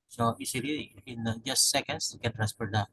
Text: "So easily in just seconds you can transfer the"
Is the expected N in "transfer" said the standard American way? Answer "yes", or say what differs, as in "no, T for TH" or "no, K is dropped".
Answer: no, N is dropped